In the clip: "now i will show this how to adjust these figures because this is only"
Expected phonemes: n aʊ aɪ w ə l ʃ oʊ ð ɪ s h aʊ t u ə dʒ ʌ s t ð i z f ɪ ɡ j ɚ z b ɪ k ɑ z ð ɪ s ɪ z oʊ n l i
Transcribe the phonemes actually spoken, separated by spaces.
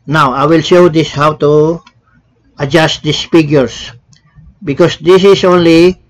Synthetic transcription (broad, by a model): n aʊ aɪ w ə l ʃ oʊ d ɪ s h aʊ t u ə dʒ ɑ s t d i s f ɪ ɡ j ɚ s b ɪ k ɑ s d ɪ s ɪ s oʊ n l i